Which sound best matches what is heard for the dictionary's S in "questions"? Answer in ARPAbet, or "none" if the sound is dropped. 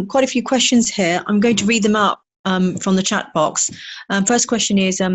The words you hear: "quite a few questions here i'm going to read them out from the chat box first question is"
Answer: S